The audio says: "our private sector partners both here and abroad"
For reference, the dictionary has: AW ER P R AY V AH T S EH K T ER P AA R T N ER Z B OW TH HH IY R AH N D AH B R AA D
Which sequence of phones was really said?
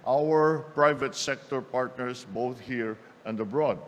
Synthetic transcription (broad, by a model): AW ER P R AY V AH T S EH K T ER P AA R T N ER S B OW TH HH IY R AH N D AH B R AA D